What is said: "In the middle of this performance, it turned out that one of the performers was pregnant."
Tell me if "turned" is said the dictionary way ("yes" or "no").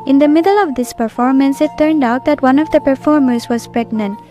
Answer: yes